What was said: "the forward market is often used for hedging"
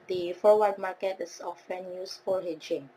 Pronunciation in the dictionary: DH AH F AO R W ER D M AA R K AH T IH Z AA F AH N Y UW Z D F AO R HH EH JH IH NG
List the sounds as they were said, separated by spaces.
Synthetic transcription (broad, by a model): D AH F AO W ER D M AA K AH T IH S AA F AH N Y UW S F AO L HH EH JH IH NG